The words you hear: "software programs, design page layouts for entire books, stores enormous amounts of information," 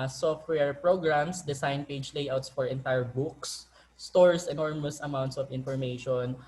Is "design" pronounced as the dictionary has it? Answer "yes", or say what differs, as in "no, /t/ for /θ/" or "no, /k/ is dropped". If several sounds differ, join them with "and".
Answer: no, /s/ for /z/